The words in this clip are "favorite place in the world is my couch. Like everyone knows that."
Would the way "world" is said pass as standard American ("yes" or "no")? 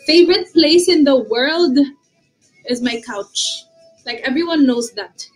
yes